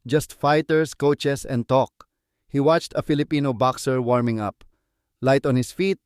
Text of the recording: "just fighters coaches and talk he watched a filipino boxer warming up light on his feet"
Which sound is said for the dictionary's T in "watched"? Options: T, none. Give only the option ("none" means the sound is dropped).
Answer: T